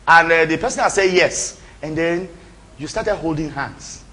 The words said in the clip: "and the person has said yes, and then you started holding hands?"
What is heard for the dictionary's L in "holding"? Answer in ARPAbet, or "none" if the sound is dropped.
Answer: L